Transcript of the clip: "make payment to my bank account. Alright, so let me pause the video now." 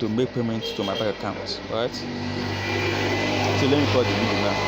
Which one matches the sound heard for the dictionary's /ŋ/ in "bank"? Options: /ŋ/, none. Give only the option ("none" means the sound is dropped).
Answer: none